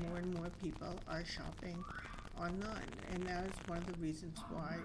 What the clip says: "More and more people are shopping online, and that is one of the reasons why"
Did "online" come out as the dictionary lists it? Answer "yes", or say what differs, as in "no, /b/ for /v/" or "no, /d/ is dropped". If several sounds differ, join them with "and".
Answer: no, /l/ is dropped